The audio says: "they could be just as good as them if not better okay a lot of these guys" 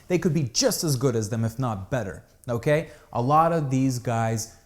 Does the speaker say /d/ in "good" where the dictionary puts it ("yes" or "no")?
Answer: yes